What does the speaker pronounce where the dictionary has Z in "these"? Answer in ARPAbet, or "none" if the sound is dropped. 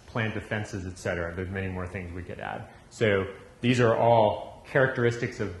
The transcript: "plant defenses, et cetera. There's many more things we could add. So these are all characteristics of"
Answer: Z